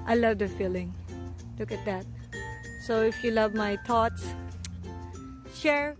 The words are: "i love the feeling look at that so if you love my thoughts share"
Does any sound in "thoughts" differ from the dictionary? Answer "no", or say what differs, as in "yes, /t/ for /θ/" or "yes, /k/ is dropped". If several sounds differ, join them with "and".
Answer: yes, /t/ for /θ/